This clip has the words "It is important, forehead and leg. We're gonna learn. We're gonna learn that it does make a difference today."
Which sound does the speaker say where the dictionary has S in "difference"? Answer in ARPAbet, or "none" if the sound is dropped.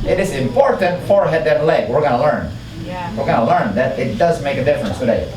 S